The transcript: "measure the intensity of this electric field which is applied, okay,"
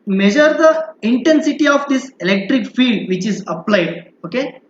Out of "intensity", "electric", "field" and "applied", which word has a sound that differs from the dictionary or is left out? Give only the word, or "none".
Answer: field